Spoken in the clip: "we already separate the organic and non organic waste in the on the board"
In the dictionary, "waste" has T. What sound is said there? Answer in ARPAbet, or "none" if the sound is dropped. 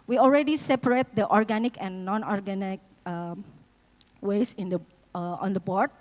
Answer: none